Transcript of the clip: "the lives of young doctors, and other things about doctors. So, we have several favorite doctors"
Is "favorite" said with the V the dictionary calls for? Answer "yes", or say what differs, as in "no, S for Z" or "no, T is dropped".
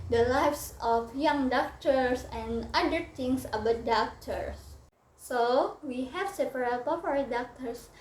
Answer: no, P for V